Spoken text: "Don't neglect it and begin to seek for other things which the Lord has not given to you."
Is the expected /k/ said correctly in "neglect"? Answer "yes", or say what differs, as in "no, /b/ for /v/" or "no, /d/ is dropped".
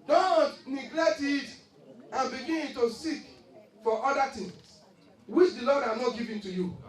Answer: yes